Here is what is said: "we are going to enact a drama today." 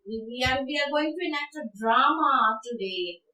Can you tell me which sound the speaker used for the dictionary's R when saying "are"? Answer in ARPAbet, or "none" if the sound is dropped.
W